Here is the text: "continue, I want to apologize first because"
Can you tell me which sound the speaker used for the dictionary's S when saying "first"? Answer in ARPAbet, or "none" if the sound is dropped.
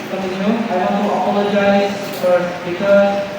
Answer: none